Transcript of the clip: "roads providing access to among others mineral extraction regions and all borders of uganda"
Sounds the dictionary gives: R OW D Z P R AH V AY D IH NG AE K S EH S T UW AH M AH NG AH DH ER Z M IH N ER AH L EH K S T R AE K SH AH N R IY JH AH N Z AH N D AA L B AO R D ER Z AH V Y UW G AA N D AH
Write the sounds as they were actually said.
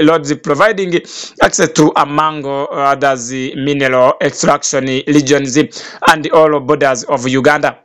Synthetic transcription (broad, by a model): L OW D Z P R AH V AY D IH NG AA K S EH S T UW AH M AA NG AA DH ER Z M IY N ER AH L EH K S T R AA K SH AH N L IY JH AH N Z AH N D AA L B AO D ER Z AH V Y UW G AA N D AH